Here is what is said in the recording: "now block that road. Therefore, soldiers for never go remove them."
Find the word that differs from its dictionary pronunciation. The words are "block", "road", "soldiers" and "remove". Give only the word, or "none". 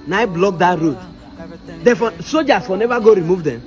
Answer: soldiers